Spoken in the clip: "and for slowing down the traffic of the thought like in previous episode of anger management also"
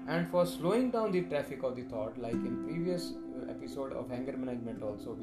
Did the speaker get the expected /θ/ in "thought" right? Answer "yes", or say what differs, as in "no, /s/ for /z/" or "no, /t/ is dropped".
no, /t/ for /θ/